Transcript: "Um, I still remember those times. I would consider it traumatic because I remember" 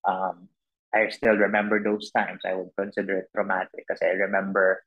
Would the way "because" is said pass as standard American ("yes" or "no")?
no